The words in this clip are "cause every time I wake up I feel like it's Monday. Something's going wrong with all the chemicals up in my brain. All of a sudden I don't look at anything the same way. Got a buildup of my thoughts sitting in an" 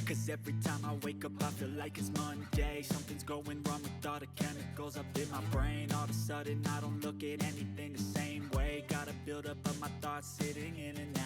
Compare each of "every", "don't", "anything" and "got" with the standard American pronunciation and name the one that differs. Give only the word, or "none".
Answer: none